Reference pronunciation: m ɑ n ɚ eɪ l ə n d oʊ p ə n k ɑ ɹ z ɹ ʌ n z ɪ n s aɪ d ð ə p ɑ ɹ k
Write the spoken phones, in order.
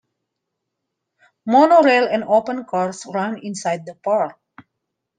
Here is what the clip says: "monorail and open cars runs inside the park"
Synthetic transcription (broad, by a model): m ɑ n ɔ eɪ l ə n d oʊ p ə n k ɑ ɹ s ɹ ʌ n ɪ n s aɪ d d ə p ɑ ɹ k